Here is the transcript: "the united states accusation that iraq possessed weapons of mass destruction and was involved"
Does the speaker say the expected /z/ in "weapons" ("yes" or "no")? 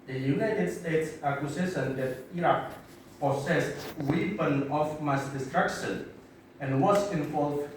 no